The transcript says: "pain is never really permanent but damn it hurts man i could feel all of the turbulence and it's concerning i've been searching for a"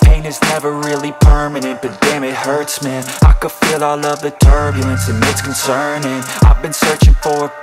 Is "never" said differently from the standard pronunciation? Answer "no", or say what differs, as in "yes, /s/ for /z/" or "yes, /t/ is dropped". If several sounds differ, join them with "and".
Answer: no